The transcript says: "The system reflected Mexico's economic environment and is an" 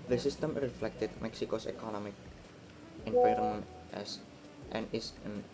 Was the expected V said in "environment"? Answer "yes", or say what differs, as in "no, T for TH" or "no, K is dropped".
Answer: no, P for V